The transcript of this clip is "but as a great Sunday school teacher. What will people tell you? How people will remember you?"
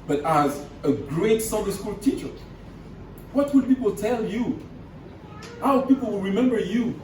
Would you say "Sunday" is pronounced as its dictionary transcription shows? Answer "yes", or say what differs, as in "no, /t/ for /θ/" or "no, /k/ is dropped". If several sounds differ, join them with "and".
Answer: no, /n/ is dropped